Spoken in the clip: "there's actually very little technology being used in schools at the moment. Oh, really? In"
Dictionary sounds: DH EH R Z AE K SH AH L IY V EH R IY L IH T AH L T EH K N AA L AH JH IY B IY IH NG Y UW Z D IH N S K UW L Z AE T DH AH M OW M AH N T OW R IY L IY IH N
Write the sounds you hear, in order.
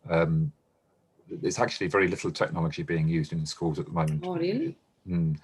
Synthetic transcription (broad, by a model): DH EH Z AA K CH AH L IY V EH R IY L IH T L T EH K N AA L AH JH IY B IY IH NG Y UW Z D IH N S K UW L Z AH T DH AH M OW M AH N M